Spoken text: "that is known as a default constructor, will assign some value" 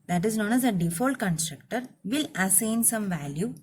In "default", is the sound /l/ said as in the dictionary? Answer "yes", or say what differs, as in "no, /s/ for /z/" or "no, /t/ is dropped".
yes